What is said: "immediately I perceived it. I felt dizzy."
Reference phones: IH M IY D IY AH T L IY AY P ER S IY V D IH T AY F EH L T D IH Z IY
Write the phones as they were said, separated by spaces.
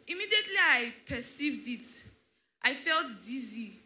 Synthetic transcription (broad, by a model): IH M IY D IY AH T L IY AY P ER S IY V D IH T AY F EH L T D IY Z IY